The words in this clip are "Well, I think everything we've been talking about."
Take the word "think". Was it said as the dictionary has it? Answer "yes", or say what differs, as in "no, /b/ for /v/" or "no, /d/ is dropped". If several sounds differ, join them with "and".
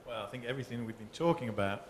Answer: yes